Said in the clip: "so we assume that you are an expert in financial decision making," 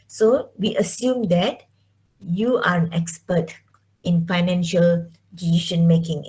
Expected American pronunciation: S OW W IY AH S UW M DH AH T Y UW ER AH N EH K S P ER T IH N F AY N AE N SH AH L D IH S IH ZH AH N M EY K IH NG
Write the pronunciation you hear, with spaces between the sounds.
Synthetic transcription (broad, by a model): S OW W IY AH S UW M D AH T Y UW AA AH N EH K S P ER T IH N F AY N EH N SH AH L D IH IY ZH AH N M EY K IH NG